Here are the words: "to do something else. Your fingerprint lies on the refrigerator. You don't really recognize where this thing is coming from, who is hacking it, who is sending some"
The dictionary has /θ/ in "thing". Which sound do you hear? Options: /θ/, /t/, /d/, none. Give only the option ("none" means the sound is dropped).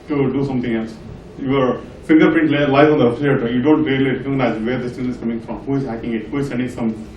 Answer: /t/